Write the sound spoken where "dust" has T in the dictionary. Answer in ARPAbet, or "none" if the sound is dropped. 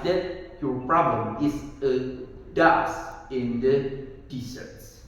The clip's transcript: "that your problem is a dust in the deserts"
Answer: none